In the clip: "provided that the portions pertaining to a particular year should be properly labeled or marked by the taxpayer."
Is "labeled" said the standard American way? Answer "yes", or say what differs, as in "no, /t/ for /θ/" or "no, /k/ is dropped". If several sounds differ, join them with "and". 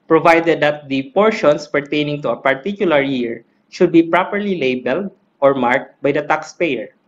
yes